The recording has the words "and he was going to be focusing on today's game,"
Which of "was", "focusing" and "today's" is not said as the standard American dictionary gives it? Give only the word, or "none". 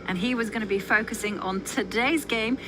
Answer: none